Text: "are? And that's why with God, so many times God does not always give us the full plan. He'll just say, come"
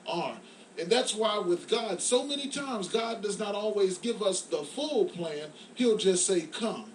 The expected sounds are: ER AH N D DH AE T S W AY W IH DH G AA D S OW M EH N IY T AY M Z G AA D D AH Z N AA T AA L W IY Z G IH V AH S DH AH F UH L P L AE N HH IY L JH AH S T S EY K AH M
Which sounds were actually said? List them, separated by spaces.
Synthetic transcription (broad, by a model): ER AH N DH AE T S W AY W IH DH G AA D S OW M EH N IY T AY M Z G AA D D AH Z N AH T AA L W IY Z G IH V AH S DH AH F UH L P L AE N HH IY L JH AH S T S EY K AH M